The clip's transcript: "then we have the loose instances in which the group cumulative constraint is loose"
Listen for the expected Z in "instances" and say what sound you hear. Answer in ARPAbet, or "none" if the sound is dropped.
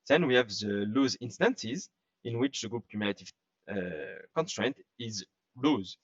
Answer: Z